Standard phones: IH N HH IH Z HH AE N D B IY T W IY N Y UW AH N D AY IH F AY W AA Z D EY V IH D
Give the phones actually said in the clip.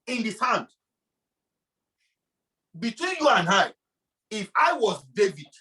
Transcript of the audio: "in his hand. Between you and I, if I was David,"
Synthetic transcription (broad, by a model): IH N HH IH S HH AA N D B IY T W IY N Y UW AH N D AY IH F AY W AA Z D EY V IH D